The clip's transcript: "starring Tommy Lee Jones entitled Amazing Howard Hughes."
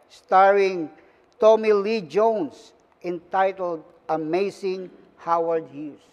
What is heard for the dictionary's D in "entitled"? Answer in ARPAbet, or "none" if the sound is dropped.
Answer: D